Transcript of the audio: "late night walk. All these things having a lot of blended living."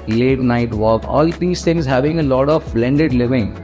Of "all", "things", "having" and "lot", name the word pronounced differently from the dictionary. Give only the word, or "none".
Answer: things